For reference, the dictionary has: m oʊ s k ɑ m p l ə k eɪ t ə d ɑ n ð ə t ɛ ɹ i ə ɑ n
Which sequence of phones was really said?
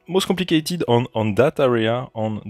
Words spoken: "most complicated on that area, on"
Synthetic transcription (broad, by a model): m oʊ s k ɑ p l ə k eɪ t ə d ɑ n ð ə t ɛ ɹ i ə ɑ n